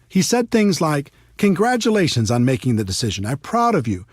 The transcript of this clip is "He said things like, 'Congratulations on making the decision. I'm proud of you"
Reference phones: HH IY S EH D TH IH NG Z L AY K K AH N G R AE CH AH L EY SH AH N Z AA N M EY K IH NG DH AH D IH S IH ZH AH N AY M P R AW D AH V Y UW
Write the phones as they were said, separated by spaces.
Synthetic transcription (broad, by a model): HH IY S EH D TH IH NG Z L AY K K AH N G R AE CH AH L EY SH AH N Z N M EY K IH NG DH AH D IH S IH ZH AH N AY P R AW D AH V Y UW